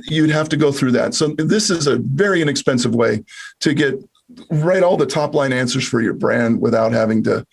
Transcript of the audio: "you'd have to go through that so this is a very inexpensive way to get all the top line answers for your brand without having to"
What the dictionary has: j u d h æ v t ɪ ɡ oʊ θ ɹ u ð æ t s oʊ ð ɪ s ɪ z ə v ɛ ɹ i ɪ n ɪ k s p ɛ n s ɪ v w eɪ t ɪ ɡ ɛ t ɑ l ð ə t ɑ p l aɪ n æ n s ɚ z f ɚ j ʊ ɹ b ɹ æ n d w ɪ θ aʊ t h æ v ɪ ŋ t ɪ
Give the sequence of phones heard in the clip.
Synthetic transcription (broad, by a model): j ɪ d h æ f t ɪ ɡ oʊ θ ɹ u ð æ t s oʊ ð ɪ s ɪ z ə v ɛ ɹ i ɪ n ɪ k s p ɛ n s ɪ v w eɪ t ɪ ɡ ɛ t ɑ l ð ə t ɑ p l aɪ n æ n s ɚ z f ɚ j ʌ ɹ b ɹ æ n d w ɪ θ aʊ t h æ v ɪ ŋ t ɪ